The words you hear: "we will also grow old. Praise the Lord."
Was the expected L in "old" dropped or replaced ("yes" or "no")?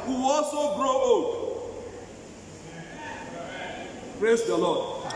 yes